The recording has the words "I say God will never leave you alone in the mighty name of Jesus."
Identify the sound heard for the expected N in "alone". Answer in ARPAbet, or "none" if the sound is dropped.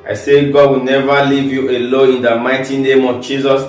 none